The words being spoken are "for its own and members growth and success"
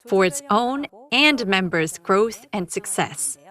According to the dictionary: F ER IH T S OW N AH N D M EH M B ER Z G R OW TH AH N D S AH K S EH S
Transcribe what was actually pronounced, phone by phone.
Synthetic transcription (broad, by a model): F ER IH T S OW N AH N M EH M B ER Z G R OW TH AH N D S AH K S EH S